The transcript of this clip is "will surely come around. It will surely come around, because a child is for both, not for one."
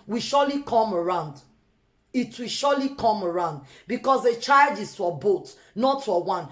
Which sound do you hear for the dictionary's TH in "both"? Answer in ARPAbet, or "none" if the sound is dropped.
T